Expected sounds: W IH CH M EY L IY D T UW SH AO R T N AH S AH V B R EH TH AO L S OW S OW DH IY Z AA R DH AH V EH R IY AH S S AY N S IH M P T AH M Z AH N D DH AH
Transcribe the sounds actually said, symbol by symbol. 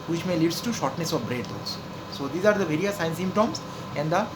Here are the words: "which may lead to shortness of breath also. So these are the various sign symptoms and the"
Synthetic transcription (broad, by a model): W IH CH M EY L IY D T UW SH AO R T N AH S AH V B R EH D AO S S OW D IY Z AA R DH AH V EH R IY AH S S AY N S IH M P T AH M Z AH N D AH